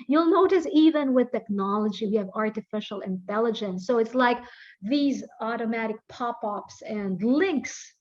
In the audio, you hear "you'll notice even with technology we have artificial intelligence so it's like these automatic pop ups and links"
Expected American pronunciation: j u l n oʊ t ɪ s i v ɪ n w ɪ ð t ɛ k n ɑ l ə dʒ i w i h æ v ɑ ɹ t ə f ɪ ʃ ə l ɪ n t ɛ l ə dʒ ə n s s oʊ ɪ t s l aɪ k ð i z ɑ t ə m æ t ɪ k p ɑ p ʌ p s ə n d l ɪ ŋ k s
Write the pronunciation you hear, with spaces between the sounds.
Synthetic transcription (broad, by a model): j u l n oʊ t ɪ s i v ɪ n w ɪ ð t ɛ k n ɑ l ə dʒ i w i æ v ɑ ɹ t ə f ɪ ʃ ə l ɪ n t ɛ l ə dʒ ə n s s oʊ ɪ t s l aɪ k ð i z ɑ t ə m æ t ɪ k p ɑ p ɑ p s ə n d l ɪ ŋ k s